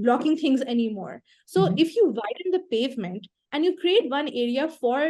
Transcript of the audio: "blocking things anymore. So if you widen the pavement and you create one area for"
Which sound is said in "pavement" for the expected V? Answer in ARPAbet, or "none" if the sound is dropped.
V